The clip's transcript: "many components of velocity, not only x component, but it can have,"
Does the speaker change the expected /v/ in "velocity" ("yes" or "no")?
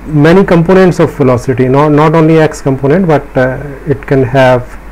yes